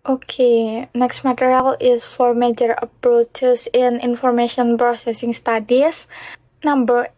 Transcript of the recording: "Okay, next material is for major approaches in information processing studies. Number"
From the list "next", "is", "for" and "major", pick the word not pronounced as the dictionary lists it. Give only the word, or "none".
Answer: is